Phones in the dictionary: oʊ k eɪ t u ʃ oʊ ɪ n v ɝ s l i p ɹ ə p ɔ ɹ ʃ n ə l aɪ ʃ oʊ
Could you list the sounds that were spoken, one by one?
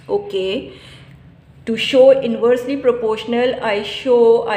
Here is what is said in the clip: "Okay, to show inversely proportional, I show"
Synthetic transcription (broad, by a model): oʊ k eɪ t u ʃ oʊ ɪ n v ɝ s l i p ɹ ə p ɔ ɹ ʃ n ə l aɪ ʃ oʊ